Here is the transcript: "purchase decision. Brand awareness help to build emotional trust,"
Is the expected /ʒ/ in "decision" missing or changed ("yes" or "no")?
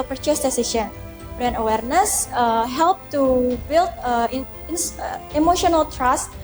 yes